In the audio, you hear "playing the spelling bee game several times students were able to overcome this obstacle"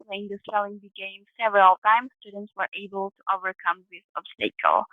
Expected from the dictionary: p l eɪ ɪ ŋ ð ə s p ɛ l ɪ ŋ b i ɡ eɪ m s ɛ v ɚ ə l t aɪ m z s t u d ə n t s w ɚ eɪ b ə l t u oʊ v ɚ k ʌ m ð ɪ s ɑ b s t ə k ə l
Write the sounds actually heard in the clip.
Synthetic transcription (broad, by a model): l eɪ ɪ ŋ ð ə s ɛ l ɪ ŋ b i ɡ eɪ m s ɛ v ɚ ə l t aɪ m s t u d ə n t s w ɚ eɪ b ə l t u oʊ v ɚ k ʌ m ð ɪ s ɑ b s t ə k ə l